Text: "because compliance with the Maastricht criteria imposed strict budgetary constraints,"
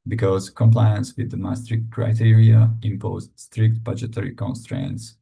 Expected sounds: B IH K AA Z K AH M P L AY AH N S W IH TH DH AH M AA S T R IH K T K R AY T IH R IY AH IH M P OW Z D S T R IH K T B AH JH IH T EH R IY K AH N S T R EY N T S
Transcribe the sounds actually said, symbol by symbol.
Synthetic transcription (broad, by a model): B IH K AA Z K AH M P L AY AH N S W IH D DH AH M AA S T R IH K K R AY T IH R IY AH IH M P OW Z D S T R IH K T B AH JH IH T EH R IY K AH N S T R EY N T S